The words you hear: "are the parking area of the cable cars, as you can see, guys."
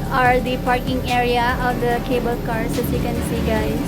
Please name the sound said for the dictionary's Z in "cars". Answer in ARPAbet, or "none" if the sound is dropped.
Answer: S